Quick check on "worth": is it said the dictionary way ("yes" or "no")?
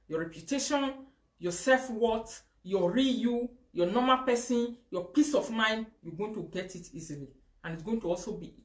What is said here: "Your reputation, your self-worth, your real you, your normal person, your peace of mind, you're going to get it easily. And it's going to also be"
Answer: no